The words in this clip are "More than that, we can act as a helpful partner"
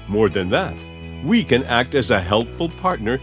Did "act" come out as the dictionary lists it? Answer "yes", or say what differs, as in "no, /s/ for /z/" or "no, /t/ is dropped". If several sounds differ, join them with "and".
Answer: yes